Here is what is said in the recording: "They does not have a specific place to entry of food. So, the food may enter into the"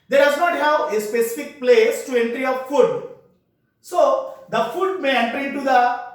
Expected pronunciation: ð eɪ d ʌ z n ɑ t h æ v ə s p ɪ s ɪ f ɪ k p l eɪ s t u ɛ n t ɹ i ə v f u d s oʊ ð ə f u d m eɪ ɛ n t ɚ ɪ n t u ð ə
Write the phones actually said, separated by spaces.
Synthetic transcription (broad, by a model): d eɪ d ʌ z n ɑ t h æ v ə s p ɪ s ɪ f ɪ k p l eɪ s t u ɛ n t ɹ i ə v f u d s oʊ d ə f u d m eɪ ɛ n t ɚ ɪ t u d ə